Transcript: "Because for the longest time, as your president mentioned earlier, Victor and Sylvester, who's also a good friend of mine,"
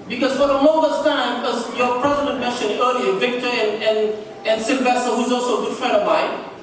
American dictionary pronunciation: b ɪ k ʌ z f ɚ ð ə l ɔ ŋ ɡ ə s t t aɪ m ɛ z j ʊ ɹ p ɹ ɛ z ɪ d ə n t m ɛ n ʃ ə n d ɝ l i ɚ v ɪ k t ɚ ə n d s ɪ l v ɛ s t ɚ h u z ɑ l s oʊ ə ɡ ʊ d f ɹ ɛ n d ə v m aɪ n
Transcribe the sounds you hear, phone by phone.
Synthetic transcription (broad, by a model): b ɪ k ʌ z f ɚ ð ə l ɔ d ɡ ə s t t aɪ m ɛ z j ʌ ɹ p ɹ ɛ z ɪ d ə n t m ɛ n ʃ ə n ɝ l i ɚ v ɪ k t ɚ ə n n s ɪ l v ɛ s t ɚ h u z ɑ l s oʊ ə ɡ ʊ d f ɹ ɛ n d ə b aɪ